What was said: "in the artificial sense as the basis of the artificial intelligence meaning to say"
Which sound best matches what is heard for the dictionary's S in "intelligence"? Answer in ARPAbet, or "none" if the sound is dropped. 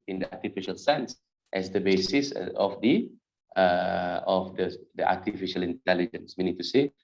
S